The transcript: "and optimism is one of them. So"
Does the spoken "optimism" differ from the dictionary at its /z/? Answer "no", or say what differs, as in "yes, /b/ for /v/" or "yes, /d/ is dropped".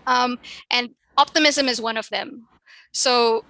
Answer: no